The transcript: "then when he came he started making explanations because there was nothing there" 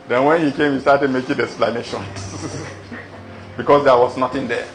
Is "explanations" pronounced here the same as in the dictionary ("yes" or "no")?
no